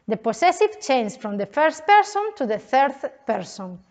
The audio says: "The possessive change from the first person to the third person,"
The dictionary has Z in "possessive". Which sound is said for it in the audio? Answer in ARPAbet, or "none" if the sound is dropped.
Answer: S